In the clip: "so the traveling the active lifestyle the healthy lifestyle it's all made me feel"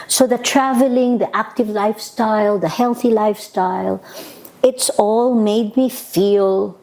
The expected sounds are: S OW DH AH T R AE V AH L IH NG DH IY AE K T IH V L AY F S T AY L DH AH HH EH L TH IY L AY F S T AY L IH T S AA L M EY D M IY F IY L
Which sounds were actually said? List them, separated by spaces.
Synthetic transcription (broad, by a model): S OW DH AH T R AE V AH L IH NG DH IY AE K T IH V L AY F S T AY L DH AH HH EH L TH IY L AY F S T AY L IH T S AA L M EY D M IY F IY L